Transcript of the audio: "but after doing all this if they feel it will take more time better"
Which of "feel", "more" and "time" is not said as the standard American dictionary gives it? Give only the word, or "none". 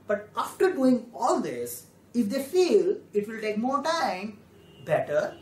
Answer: none